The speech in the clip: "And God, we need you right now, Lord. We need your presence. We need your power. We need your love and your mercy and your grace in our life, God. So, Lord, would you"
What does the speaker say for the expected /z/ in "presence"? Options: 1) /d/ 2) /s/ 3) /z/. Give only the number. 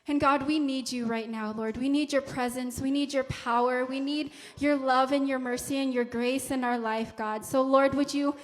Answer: 3